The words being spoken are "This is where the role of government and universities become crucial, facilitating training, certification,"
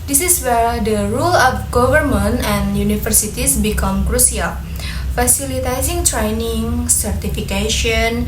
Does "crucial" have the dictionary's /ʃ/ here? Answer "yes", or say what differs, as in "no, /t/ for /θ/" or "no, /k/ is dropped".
no, /s/ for /ʃ/